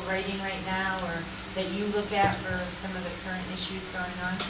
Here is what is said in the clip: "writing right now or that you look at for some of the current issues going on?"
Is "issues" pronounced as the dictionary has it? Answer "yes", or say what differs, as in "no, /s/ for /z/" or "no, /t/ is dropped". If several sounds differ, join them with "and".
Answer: yes